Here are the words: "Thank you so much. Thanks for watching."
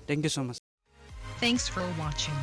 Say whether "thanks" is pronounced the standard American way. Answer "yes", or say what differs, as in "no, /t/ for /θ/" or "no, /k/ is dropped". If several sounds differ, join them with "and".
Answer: yes